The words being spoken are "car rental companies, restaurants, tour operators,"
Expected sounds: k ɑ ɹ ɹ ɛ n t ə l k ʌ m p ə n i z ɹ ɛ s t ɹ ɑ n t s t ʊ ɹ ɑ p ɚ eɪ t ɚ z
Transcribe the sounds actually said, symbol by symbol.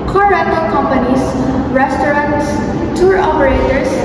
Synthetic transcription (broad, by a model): k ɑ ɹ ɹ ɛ t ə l k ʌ m p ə n i s ɹ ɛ s t ɹ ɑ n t s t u ɹ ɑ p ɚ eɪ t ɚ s